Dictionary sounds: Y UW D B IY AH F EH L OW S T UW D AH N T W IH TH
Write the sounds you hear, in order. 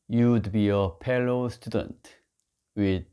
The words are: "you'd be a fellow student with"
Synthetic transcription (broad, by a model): Y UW D B IY AH P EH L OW S T UW D AH N T W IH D